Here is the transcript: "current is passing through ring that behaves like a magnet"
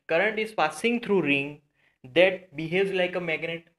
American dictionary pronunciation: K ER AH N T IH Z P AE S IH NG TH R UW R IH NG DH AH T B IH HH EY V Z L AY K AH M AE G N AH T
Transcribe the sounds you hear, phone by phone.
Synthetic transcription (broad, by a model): K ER AH N T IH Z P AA S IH NG T R UW R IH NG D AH T B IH HH EY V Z L AY K AH M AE G N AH T